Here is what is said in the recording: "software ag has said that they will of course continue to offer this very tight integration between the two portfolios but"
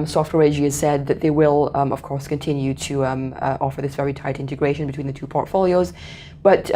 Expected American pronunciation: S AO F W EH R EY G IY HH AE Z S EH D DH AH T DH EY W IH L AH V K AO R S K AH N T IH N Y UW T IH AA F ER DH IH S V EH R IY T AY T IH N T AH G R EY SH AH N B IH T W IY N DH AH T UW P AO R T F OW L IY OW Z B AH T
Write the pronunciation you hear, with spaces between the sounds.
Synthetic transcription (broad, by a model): S AO F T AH R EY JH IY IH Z S EH D DH AH T DH EY W IH L AH V K AO R S K AH N T IH N Y UW T IH AA F ER DH IH S V EH R IY T AY T IH N T AH G R EY SH AH N B IH T W IY N DH AH T UW P AO R T F OW L IY OW Z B AH T